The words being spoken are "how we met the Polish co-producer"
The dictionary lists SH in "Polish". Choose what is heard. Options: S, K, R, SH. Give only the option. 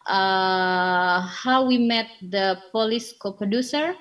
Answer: S